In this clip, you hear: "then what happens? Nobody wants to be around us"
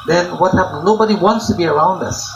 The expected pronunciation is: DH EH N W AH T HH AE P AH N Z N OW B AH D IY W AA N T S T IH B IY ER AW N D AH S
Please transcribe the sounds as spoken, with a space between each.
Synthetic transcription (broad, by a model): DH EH N W AH T HH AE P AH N N OW B AH D IY W AA N T S T IH B IY ER AW N D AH S